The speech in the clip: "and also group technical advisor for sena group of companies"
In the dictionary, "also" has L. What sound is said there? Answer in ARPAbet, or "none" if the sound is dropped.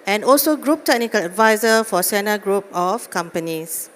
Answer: L